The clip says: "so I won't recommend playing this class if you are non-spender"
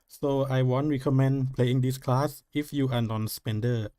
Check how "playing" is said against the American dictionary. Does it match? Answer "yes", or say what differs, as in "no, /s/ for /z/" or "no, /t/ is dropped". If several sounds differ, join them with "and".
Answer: yes